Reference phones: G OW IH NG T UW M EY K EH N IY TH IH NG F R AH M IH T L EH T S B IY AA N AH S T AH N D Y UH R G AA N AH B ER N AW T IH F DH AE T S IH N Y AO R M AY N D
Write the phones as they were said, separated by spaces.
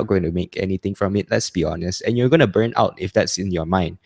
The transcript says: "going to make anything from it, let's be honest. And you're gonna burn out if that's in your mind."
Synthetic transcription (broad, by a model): G OW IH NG T UW M EY K EH N IY T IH NG F R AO M IH T L EH T S B IY AA N AH S T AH N Y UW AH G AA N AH B ER N AW T IH F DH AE T S IH N Y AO M AY N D